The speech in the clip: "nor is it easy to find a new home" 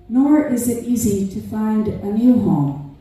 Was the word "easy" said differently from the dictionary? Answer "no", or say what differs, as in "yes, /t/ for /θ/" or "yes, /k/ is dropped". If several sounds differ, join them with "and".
no